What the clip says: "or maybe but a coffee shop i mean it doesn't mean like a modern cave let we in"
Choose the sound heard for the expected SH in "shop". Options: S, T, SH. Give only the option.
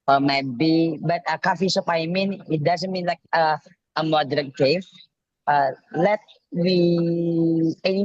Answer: S